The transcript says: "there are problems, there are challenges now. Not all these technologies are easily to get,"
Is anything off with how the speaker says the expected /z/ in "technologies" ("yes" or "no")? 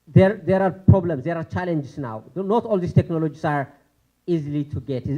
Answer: yes